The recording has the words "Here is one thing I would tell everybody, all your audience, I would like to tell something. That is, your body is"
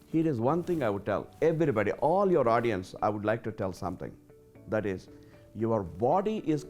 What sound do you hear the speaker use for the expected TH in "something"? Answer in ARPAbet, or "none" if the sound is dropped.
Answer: T